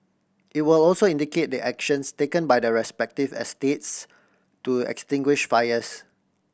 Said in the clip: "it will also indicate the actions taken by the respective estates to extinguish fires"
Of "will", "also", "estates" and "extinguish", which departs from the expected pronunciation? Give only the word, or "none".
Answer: none